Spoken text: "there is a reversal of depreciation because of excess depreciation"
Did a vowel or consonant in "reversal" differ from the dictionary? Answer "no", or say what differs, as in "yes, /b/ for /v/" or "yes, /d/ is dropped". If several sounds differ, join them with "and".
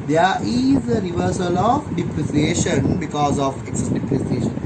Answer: no